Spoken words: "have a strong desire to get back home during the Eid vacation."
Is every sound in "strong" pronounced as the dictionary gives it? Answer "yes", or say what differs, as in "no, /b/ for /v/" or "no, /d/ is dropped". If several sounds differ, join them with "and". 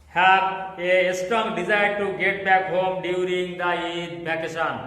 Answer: no, /ɹ/ is dropped